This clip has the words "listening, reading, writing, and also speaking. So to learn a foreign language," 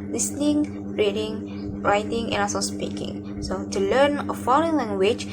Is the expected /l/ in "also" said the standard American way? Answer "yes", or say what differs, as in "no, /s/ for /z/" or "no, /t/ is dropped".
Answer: no, /l/ is dropped